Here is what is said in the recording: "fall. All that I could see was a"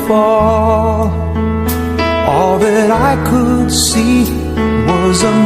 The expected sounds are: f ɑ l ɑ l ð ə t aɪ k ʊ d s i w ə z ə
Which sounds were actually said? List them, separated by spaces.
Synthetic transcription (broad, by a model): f ɑ l ɑ l ð ə t aɪ k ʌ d s i w ə z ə